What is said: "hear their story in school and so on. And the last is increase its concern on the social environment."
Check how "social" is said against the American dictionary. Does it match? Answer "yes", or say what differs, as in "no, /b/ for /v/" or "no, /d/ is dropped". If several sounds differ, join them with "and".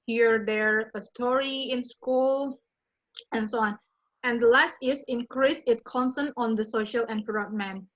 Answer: yes